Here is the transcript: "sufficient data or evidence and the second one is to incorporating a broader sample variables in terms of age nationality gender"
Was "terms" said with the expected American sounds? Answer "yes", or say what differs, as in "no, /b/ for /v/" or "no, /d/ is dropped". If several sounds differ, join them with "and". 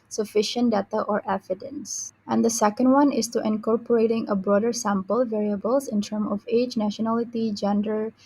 no, /z/ is dropped